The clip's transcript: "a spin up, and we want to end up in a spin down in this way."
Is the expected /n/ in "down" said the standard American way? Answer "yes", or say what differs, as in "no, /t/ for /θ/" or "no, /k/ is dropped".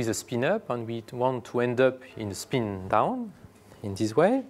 yes